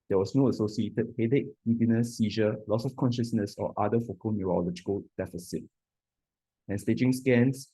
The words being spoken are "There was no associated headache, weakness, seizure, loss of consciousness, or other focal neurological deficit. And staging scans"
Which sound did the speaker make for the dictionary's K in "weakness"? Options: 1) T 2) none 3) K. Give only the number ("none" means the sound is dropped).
2